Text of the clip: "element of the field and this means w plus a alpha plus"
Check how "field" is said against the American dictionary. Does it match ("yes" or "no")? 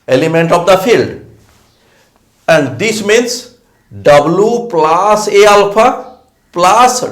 yes